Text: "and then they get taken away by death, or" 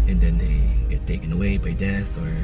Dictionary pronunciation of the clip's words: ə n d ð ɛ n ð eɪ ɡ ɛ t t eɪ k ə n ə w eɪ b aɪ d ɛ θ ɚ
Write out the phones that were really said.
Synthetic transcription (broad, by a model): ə n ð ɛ n ð eɪ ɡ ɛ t t eɪ k ə n ə w eɪ b aɪ d ɛ θ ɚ